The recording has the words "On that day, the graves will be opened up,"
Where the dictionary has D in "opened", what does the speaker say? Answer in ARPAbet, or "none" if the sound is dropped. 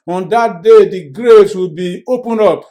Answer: none